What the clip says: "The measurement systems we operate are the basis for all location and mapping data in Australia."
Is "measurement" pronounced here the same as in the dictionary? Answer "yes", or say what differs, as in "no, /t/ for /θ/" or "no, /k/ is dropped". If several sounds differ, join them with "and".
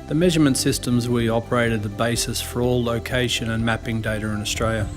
yes